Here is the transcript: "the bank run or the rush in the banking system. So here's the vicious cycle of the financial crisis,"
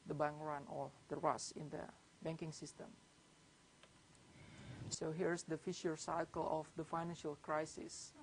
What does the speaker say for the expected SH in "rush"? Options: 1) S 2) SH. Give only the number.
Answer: 1